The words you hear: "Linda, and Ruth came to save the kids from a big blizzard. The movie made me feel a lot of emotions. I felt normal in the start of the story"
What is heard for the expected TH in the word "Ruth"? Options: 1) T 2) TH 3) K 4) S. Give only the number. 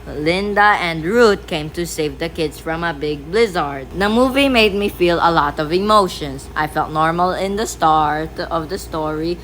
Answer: 1